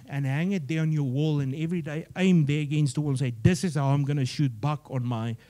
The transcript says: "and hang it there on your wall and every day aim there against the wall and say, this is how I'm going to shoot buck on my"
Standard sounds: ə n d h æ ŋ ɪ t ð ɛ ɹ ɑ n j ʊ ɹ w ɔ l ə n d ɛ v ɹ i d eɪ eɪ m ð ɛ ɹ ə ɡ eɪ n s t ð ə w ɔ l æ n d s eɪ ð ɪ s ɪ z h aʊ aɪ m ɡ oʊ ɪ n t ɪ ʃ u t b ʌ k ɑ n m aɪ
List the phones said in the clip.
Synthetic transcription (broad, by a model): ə n h æ ŋ ɪ t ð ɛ ɹ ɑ n j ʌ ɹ w ɔ l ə n ɛ v ɹ i d eɪ eɪ m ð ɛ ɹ ə ɡ eɪ n s t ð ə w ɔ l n s eɪ ð ɪ s ɪ z h aʊ aɪ m ɡ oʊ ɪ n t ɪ ʃ u t b ʌ k ɑ n m aɪ